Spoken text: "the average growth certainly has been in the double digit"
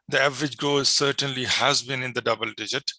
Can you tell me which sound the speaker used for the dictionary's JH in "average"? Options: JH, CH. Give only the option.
JH